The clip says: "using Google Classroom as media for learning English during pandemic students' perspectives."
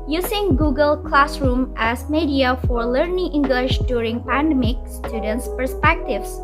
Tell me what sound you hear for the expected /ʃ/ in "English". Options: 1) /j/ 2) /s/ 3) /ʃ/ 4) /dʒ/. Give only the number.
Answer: 3